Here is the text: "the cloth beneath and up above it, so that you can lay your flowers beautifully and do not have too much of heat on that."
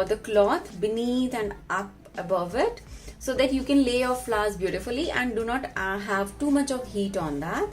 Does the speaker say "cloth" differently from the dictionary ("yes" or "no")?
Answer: yes